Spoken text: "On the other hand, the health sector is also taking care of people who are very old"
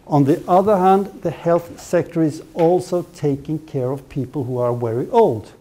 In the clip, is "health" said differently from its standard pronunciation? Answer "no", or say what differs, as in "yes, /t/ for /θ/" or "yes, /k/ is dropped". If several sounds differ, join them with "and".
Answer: no